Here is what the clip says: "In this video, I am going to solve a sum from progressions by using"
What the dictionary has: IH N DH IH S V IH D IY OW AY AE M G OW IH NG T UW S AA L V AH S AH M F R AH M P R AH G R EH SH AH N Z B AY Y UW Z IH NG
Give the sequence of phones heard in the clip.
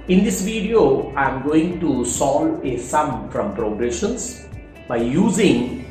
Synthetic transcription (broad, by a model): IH N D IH S V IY D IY OW AY M G OW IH NG T UW S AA L AH S AH M F R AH M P R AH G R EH SH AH N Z B AY Y UW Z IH NG